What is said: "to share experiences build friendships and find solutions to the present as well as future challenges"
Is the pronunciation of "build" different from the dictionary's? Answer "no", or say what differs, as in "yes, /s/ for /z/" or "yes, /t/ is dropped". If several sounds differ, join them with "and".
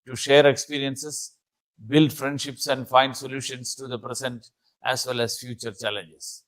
no